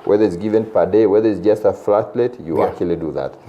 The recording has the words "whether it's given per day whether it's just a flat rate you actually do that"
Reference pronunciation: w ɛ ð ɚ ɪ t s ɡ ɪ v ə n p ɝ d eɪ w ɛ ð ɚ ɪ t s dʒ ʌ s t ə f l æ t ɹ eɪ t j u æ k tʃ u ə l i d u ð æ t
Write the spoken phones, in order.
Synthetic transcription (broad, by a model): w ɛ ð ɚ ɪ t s ɡ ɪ v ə n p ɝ d eɪ w ɛ ð ɚ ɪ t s dʒ ʌ s t ə f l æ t l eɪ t j u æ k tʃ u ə l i d u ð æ t